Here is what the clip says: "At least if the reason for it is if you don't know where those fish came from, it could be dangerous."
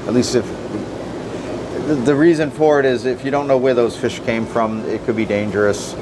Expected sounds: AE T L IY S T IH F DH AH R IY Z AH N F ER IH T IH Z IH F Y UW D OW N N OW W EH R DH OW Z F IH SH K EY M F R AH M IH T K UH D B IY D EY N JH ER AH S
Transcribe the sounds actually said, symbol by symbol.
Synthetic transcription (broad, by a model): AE T L IY S T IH F DH AH R IY Z AH N F ER IH T IH Z IH F Y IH D OW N N OW W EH R DH OW Z F IH SH K EY M F R AH M IH T K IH D B IY D EY N JH ER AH S